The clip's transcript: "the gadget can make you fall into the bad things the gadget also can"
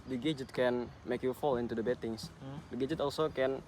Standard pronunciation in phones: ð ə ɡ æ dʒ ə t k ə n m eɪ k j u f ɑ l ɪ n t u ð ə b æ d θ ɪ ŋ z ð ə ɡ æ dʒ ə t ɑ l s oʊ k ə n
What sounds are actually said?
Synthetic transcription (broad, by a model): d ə ɡ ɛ dʒ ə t k ə n m eɪ k j u f ɑ l ɪ n t u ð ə b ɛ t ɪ ŋ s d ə ɡ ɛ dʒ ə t ɑ l s oʊ k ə n